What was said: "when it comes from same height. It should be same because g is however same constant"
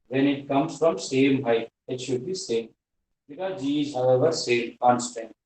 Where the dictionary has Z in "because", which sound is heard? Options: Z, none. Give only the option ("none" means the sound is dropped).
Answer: none